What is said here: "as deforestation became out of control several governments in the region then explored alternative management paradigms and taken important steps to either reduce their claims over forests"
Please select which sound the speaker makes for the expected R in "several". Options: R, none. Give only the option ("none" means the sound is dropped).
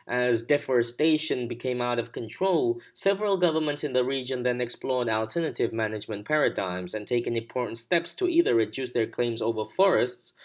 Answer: R